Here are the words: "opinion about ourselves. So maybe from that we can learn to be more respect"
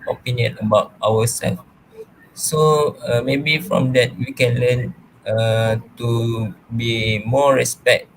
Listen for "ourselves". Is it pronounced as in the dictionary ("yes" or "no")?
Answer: no